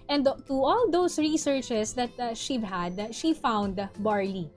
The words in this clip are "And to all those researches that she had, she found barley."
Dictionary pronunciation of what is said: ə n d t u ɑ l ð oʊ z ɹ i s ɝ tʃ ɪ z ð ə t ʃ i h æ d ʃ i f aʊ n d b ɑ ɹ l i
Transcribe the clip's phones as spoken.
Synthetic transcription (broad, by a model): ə n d t u ɑ l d oʊ s ɹ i s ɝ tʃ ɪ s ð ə t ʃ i h æ d ʃ i f aʊ n d b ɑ ɹ l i